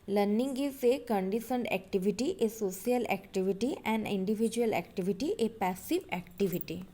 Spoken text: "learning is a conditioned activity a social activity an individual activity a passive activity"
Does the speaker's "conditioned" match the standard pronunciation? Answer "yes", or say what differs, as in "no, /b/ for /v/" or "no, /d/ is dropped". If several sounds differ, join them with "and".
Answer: no, /s/ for /ʃ/